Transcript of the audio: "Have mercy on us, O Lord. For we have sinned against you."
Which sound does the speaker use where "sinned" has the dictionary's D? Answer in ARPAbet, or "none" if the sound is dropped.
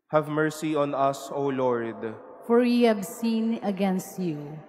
none